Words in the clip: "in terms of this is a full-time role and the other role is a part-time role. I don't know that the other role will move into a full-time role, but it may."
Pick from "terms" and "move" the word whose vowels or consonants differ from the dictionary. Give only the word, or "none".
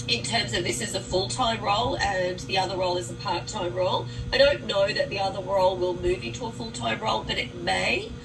none